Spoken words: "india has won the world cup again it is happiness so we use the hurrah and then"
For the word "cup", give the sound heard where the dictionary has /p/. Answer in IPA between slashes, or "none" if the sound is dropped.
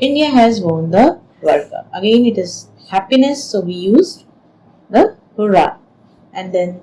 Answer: none